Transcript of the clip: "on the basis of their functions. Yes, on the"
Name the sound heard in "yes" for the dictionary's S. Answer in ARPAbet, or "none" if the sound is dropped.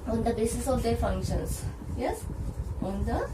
S